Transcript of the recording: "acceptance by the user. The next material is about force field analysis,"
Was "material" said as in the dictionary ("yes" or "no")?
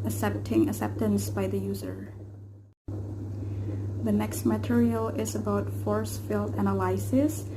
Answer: yes